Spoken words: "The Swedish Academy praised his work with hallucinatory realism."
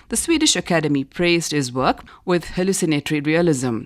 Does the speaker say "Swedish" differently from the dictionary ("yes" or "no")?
no